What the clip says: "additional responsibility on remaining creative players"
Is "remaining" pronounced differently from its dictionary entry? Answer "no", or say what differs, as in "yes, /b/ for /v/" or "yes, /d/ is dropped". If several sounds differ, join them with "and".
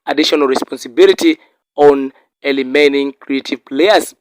yes, /l/ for /ɹ/